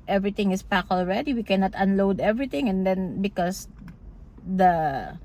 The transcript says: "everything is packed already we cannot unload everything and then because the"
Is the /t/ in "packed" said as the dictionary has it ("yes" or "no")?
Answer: no